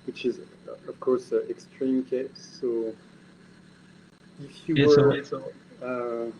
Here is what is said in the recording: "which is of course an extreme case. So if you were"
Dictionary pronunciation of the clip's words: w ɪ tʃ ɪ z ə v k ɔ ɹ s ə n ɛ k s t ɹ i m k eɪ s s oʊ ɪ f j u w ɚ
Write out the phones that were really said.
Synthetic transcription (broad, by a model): w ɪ tʃ ɪ z ə v k ɔ ɹ s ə ɛ k s t ɹ i m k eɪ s s oʊ ɪ f j u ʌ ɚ